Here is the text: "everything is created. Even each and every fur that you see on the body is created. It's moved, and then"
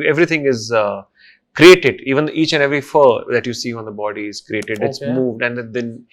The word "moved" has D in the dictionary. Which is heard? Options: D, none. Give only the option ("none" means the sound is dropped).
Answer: D